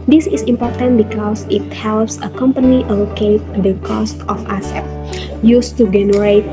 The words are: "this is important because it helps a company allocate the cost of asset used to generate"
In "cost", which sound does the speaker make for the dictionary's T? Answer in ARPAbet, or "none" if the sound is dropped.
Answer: T